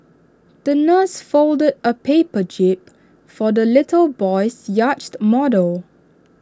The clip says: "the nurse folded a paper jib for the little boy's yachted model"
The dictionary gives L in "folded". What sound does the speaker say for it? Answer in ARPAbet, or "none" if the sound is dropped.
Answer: L